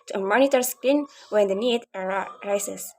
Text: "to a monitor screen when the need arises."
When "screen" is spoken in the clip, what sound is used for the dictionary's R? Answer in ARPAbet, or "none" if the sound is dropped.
none